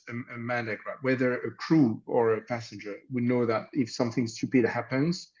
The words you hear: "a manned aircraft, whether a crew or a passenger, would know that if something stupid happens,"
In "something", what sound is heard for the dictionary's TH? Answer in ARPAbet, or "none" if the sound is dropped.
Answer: TH